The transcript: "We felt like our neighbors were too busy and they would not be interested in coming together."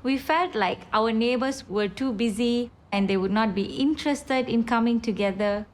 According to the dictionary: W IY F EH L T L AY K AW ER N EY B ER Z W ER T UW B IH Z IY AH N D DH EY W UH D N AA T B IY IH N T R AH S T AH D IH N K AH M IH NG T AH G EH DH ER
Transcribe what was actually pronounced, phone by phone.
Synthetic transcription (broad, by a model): W IY F EH L T L AY K AW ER N EY B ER S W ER T UW B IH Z IY AH N D EY W UH D N AA T B IY IH N T R AH S T AH D IH N K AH M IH NG T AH G EH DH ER